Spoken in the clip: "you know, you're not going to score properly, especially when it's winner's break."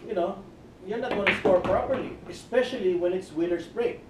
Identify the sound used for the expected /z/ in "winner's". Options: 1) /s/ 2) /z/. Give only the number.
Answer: 1